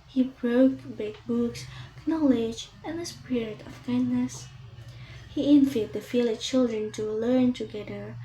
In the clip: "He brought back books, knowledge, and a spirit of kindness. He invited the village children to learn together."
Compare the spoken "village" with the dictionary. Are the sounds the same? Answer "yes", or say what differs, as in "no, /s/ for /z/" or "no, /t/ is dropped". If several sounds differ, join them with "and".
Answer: no, /f/ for /v/